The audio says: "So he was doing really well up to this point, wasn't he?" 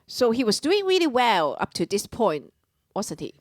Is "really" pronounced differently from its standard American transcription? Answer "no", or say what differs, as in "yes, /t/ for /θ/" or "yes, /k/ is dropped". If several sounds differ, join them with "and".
no